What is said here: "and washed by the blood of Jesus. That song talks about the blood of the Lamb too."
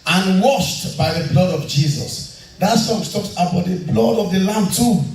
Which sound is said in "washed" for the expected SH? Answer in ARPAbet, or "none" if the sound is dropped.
SH